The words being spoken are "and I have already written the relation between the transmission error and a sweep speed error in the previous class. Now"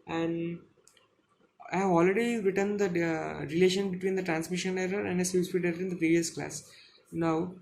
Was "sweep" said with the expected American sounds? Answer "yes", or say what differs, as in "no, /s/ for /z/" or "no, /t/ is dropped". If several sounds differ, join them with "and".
no, /b/ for /p/